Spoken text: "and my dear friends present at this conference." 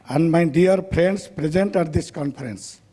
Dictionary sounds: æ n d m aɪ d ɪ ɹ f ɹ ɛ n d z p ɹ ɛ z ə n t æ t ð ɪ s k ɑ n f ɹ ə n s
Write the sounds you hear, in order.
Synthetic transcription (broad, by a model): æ n d m aɪ d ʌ ɹ p ɹ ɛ n d s p ɹ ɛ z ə n t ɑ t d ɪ s k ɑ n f ɹ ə n s